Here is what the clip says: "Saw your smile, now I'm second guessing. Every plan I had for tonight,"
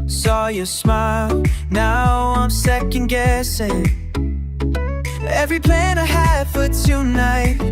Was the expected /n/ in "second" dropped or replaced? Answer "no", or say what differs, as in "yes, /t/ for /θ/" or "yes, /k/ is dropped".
no